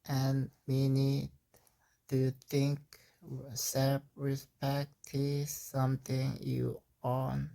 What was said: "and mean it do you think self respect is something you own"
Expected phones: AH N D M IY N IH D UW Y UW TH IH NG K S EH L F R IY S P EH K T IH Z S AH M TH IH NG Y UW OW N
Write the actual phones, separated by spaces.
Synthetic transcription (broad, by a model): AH N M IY N IH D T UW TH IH NG K S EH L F R IY S P EH K T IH S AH M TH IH NG Y UW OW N